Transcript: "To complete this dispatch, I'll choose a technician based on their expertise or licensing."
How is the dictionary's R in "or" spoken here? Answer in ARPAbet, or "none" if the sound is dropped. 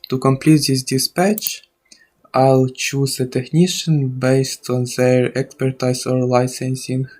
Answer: R